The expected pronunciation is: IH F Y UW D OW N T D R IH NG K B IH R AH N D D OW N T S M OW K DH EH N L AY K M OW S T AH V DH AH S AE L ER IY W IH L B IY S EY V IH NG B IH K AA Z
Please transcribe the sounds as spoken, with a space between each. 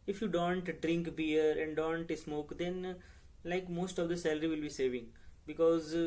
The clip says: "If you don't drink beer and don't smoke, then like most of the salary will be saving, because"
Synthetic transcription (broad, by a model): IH F Y UW D OW N T D R IH NG K B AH R AH N D D OW N T S M OW K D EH N L AY K M OW S T AH V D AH S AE L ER IY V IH L B IY S EY V IH NG B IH K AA Z